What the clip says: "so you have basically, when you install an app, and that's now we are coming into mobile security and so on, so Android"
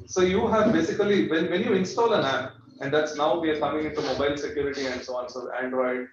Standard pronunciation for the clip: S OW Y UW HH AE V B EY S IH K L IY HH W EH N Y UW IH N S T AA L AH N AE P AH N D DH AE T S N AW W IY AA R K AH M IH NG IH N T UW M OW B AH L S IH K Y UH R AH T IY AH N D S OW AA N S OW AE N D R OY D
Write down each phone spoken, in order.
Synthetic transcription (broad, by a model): S OW Y UW HH AE V B EY S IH K L IY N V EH N Y UW IH N S T AA L AH N AE P AH N D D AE T S N AW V IY AA R K AH M IH NG IH N T UW M OW B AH L S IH K Y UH R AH T IY AH N D S OW AA N S OW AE N D R OY D